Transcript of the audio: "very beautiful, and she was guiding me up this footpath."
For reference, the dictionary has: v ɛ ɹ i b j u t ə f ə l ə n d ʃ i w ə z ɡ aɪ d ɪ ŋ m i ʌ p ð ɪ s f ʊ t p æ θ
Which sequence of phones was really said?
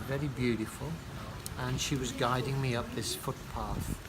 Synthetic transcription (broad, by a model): v ɛ ɹ i b j u t ə f ə l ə n ʃ i w ə z ɡ aɪ d ɪ ŋ m i ʌ p ð ɪ s f ʊ t p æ θ